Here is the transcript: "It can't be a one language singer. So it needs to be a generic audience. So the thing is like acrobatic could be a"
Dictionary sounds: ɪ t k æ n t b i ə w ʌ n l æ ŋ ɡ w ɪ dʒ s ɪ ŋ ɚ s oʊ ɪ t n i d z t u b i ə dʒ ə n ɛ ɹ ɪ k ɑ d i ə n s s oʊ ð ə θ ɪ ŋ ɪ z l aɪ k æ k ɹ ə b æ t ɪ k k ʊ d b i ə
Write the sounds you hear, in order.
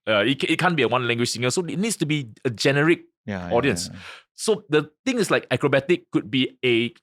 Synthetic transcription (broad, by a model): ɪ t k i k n b i ə w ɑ n l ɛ ŋ ɡ w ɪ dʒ s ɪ ŋ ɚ s oʊ ɪ t n i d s t u b i ə dʒ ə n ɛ ɹ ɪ k ɑ d i ə n s s oʊ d ə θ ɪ ŋ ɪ s l aɪ k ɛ k ɹ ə b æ t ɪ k k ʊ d b i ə